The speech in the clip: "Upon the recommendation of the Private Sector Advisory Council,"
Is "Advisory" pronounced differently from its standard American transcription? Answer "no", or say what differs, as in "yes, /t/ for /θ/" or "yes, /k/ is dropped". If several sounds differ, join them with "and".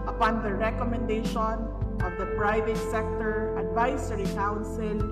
yes, /s/ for /z/